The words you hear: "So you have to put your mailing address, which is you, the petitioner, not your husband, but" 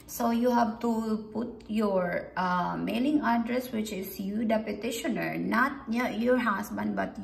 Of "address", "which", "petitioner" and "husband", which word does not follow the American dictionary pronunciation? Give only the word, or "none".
husband